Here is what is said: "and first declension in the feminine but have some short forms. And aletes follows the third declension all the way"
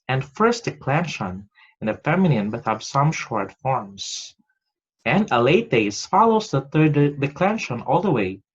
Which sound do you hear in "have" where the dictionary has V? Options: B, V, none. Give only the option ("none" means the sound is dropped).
B